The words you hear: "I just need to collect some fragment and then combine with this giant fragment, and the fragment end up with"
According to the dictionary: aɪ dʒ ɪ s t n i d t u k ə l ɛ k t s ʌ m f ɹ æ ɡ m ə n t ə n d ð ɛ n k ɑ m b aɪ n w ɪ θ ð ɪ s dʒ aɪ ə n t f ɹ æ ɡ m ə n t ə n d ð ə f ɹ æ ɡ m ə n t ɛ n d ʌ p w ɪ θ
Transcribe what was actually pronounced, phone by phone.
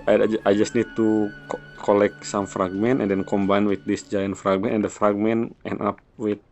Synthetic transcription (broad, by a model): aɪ dʒ ɪ s t n i d t u k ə l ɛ k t s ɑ m f ɹ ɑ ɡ m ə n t ə n d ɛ n k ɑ m b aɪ n w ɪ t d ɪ s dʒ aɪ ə n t f ɹ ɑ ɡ m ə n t ə n d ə f ɹ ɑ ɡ m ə n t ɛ n ɑ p w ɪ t